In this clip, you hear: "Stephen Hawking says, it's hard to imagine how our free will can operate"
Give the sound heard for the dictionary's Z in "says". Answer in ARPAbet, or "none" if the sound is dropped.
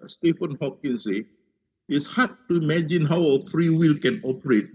none